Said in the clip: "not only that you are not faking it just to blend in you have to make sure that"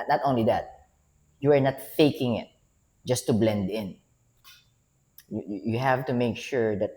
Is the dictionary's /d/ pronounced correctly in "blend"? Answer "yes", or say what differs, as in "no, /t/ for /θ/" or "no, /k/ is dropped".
yes